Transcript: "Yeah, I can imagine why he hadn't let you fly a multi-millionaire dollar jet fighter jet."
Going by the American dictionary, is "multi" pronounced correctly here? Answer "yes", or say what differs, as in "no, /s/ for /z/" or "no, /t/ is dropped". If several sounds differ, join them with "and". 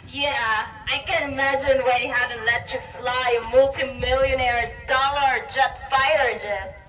yes